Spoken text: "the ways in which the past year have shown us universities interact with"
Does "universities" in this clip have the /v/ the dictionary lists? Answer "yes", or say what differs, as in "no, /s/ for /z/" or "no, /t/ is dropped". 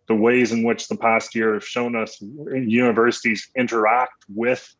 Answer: yes